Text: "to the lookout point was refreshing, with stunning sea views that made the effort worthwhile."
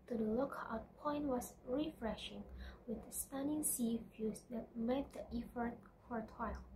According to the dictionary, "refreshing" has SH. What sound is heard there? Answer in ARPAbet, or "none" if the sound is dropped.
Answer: SH